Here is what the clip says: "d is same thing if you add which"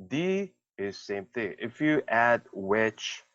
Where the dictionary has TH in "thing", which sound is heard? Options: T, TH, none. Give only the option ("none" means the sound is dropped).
TH